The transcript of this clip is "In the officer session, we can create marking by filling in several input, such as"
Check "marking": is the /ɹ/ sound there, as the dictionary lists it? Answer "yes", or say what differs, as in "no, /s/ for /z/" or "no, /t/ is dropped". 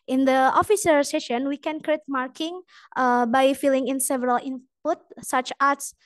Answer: yes